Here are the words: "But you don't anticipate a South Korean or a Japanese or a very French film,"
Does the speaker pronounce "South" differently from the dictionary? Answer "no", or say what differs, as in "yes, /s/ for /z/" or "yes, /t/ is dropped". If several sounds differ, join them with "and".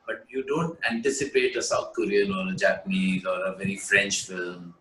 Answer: yes, /t/ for /θ/